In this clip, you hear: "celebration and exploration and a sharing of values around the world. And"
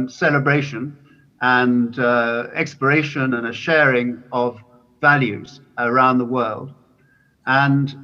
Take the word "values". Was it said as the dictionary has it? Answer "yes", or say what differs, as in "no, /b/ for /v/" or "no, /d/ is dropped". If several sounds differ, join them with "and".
yes